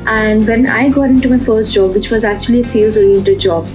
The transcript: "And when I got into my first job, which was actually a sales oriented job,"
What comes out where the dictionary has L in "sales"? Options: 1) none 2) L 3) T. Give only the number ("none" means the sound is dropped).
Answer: 2